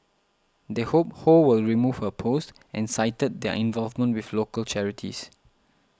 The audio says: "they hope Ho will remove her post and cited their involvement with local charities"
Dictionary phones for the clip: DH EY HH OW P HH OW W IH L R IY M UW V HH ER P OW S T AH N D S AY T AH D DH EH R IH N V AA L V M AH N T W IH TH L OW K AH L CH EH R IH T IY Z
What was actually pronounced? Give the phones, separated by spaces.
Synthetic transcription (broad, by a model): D EY HH OW P HH OW W IH L R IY M UW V HH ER P OW S T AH N S AY T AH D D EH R IH N V AA L V M AH N T W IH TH L OW K AH L CH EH R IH T IY S